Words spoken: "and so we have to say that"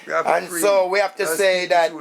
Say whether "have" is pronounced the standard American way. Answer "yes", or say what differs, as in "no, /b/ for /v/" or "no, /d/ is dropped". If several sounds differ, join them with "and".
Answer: no, /f/ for /v/